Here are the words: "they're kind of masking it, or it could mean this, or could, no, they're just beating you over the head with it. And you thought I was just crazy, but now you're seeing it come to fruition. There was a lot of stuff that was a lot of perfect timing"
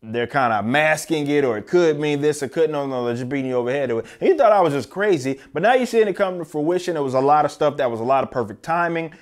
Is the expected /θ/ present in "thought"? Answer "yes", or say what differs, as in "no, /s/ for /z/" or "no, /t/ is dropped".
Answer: yes